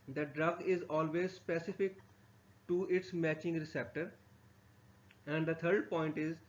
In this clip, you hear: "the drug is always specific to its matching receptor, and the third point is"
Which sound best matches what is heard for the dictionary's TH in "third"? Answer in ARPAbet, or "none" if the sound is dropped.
T